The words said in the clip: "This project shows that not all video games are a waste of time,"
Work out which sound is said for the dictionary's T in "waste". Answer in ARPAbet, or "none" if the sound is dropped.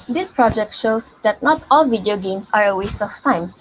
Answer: T